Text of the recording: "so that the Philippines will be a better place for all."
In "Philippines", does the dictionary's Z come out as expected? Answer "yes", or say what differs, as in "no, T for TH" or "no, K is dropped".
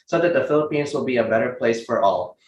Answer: yes